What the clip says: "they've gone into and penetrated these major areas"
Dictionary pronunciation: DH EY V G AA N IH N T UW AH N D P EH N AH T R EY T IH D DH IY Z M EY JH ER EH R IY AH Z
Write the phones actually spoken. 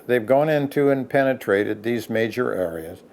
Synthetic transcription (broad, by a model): DH EY V G AA N IH N T UW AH N P EH N AH T R EY T IH D DH IY Z M EY JH ER EH R IY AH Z